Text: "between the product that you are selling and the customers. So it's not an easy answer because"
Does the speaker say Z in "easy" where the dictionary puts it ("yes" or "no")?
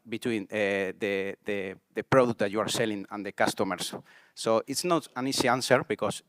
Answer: no